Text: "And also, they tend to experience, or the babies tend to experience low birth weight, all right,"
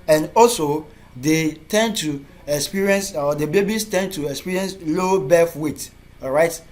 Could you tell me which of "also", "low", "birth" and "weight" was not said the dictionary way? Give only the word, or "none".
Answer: birth